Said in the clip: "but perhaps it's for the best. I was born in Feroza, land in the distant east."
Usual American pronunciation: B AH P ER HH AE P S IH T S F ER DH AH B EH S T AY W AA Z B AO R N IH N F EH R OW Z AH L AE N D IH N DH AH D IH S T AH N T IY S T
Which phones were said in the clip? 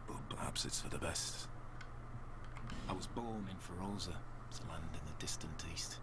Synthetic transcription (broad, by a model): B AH P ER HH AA P S IH T S F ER DH AH B EH S T AY W AA Z B AO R N IH N F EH R OW Z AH L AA N D IH N DH AH D IH S T AH N T IY S T